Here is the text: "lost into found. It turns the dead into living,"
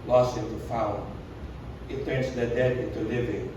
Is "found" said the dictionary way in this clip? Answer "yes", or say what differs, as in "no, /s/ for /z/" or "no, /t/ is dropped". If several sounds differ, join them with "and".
no, /d/ is dropped